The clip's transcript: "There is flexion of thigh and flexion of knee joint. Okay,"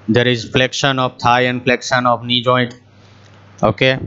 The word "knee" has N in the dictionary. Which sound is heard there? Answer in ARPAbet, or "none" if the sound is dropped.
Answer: N